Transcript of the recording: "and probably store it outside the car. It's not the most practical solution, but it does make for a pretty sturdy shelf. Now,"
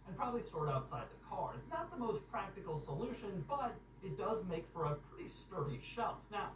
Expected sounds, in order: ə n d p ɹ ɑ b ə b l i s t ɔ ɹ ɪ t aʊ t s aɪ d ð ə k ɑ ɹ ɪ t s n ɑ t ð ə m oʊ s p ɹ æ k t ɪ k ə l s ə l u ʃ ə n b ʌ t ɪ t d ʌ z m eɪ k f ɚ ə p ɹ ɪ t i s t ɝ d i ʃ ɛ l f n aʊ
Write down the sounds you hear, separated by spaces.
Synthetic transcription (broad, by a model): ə n p ɹ ɑ b ə b l i s t ɔ ɹ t aʊ t s aɪ d ð ə k ɑ ɹ ɪ t s n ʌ t ð ə m oʊ s p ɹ æ k t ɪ k l s ə l u ʃ ə n b ʌ t ɪ t d ʌ z m eɪ k f ɚ ə p ɹ ɪ t i s t ɝ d i ʃ ɛ l f n aʊ